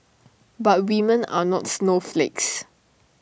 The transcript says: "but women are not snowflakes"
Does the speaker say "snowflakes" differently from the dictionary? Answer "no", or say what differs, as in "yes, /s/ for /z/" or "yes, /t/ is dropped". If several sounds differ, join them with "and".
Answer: no